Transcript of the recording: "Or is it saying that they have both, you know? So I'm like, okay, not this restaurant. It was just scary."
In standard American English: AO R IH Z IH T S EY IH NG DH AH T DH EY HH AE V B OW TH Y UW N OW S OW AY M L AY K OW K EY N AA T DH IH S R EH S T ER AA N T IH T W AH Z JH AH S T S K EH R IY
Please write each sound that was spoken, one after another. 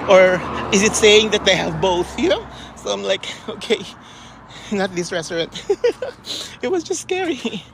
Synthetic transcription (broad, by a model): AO R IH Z IH T S EY IH NG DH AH T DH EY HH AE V B OW TH Y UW N OW S OW AY M L AY K OW K EY N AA T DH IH S R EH S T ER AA N T IH T W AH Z JH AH S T S K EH R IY